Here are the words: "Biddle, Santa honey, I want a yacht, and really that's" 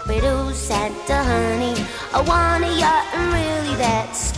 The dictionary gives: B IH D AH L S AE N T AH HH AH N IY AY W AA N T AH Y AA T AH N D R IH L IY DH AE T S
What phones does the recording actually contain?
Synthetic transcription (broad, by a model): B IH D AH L S AE N T AH HH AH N IY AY W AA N AH Y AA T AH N R IH L IY DH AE T S